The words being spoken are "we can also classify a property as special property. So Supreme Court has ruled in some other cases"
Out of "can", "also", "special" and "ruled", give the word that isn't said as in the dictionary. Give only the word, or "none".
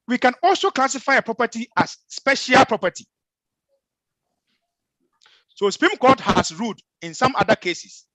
ruled